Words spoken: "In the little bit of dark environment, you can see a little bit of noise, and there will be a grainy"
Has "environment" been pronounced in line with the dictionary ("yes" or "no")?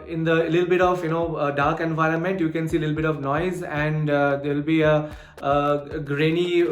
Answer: yes